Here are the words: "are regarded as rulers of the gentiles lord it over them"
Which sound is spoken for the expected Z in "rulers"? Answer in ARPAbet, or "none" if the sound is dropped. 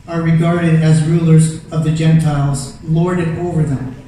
Z